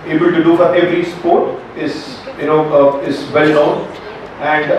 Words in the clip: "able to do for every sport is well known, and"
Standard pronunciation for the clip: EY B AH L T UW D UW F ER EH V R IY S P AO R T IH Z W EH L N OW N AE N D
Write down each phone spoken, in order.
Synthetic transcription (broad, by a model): EY B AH L T UW D UW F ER EH V R IY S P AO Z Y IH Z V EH L N OW N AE N D